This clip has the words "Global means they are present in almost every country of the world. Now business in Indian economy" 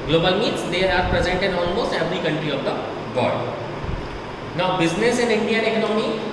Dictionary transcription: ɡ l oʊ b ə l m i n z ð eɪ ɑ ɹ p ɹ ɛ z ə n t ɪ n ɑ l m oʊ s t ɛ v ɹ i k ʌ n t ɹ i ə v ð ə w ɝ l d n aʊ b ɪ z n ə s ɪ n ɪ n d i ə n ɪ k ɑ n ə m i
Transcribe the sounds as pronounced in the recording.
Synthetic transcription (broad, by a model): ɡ l oʊ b ə l m i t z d eɪ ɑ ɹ p ɹ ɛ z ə n t ɪ n ɑ l m oʊ s t ɛ v ɹ i k ʌ n t ɹ i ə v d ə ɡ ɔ d n aʊ b ɪ z n ə s ɪ n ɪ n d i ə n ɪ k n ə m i